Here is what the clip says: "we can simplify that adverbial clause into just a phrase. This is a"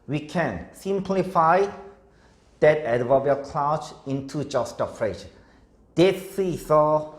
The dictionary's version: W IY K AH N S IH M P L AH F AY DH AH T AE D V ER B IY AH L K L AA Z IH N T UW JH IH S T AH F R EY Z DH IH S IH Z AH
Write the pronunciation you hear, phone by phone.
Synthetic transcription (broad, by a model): W IY K AH N S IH M P L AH F AY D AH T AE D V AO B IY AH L K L AA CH IH N T UW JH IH S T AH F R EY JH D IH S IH S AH